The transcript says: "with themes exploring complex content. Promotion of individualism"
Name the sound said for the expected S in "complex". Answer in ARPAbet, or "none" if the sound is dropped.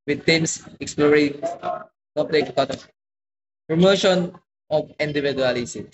none